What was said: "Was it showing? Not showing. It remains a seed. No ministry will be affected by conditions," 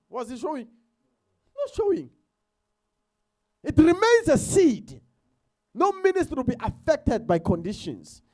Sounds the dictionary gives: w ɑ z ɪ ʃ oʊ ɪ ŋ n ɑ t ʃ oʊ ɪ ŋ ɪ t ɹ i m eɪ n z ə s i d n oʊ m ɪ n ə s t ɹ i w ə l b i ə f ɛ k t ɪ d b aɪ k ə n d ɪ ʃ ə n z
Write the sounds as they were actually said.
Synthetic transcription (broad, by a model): w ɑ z ɪ ʃ oʊ ɪ ŋ n ɑ t ʃ oʊ ɪ ŋ ɪ t ɹ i m eɪ n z ə s i d n oʊ m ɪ n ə s t i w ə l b i ə f ɛ k t ɪ d b aɪ k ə n d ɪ ʃ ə n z